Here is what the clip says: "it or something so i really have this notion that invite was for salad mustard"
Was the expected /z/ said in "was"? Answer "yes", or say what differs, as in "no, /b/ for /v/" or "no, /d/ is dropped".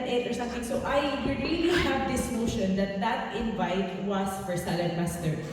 no, /s/ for /z/